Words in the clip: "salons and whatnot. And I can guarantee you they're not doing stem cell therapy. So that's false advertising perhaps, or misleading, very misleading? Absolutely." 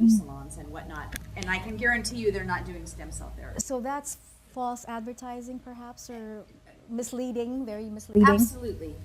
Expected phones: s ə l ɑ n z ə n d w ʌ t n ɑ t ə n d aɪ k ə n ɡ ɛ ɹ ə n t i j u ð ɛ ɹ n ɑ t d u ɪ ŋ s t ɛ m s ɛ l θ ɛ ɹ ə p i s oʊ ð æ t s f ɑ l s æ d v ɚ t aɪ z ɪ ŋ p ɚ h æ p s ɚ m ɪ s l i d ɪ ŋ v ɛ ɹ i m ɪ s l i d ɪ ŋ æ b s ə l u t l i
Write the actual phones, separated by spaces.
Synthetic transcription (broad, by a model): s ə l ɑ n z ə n w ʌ t n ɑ t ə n aɪ k ə n ɡ ɛ ɹ ə n t i j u ð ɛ ɹ n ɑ t d u ɪ ŋ s t ɛ m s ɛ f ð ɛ ɹ s oʊ ð æ t s f ɑ l s æ d v ɚ t aɪ z ɪ ŋ p ɚ h æ p s ɚ m ɪ s l i d ɪ ŋ v ɛ ɹ i m ɪ s l i d ɪ ŋ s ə l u t l i